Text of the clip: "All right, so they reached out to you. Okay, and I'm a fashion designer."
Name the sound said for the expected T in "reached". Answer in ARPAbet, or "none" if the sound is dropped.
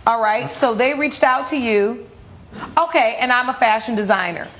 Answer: T